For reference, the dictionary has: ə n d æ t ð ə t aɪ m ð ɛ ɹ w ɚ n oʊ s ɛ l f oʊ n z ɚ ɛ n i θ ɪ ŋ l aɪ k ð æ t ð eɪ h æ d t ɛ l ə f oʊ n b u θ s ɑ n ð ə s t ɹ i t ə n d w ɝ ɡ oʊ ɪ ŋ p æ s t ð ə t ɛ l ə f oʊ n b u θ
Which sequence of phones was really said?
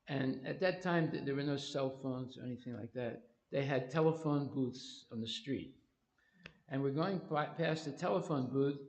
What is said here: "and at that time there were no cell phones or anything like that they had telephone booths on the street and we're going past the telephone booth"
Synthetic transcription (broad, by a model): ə n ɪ t ð ə t aɪ m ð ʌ ɹ w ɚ n oʊ s ɛ l f oʊ n z ɚ ɛ n i θ ɪ ŋ l aɪ k ð æ t ð eɪ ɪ d t ɛ l ə f oʊ n b u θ s n ð ə s t ɹ i t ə n w ɝ ɡ oʊ ɪ ŋ p æ s ð ə t ɛ l ə f oʊ n b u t